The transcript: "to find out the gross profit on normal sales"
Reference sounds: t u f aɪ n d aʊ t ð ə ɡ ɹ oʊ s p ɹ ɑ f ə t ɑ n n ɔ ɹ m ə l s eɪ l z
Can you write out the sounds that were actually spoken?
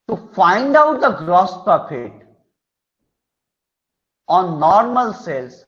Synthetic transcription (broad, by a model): t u f aɪ n d aʊ t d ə ɡ ɹ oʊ s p ɑ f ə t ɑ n n ɔ ɹ m ə l s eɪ l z